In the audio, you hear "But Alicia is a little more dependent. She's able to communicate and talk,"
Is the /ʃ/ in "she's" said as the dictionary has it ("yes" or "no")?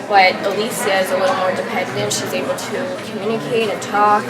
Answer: yes